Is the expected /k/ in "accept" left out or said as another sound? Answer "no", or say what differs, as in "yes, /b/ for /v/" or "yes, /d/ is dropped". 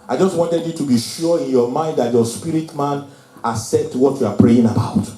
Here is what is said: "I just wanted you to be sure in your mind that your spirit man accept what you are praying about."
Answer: yes, /k/ is dropped